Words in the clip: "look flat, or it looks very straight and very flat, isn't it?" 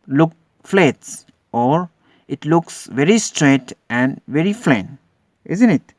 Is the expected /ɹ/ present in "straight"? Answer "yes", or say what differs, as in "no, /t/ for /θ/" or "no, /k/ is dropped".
yes